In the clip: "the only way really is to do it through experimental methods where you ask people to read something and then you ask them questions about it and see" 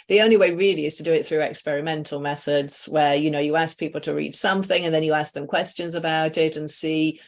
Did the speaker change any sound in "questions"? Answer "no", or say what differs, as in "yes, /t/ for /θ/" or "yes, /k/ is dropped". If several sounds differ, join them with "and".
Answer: no